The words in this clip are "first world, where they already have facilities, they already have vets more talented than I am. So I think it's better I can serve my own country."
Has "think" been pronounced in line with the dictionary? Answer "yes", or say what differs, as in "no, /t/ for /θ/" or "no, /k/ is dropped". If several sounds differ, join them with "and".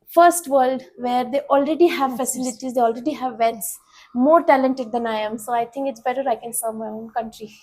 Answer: no, /t/ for /θ/